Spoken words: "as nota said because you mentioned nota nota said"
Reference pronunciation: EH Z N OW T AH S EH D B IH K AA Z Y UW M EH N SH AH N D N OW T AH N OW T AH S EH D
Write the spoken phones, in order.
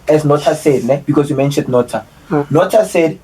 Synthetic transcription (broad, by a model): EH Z N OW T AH S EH D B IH K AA S Y UW M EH N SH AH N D N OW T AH N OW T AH S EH D